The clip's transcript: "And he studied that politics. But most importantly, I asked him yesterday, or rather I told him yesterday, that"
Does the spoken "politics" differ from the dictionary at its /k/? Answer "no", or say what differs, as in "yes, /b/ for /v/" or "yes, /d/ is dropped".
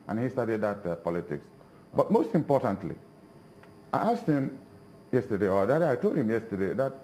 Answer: no